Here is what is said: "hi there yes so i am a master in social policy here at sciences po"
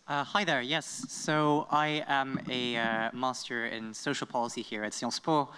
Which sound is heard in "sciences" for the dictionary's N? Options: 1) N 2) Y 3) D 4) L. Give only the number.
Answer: 4